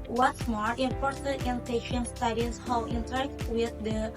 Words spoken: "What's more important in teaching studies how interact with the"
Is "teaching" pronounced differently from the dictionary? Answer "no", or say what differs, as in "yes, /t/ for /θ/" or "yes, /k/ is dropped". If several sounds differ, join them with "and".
yes, /ʃ/ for /tʃ/